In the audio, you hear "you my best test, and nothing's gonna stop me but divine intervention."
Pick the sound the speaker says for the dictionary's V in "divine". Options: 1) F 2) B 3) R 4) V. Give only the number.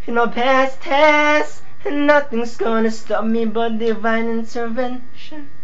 4